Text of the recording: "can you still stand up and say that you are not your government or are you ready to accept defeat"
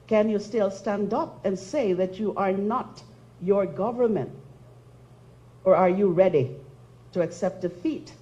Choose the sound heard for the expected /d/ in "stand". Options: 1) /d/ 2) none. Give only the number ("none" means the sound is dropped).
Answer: 1